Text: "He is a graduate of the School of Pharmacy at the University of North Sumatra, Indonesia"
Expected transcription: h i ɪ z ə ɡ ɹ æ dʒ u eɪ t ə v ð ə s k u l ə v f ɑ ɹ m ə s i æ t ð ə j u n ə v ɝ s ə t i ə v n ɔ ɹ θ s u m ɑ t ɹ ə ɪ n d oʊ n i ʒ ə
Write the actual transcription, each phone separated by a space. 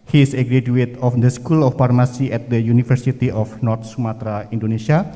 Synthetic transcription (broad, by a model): h i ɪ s ə ɡ ɹ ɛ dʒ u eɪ t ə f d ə s k u l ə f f ɑ ɹ m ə s i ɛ t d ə j u n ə f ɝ s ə t i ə f n ɔ ɹ t s u m ɑ t ɹ ə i n d oʊ n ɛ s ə